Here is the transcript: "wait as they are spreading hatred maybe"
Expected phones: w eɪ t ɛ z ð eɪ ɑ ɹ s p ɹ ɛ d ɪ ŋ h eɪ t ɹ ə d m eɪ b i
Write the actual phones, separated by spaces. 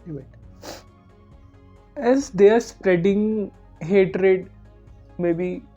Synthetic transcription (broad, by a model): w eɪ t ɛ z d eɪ ɑ ɹ s p ɹ ɛ d ɪ ŋ h eɪ t ɹ ə d m eɪ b i